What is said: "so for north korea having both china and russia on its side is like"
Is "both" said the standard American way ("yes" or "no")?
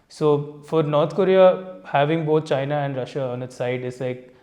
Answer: no